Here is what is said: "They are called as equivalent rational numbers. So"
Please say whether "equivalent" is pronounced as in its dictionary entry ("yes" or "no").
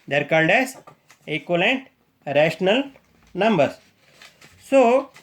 no